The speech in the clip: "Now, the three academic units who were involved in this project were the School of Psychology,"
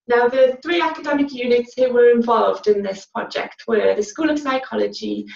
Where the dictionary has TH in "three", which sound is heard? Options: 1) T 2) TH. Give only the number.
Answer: 2